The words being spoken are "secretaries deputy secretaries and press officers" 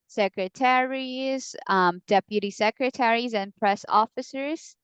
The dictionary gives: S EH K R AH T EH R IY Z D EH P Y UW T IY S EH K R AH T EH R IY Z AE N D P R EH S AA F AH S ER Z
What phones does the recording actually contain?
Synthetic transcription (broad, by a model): S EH K R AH T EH R IY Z D EH P Y UW T IY S EH K R AH T EH R IY Z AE N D P R EH S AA F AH S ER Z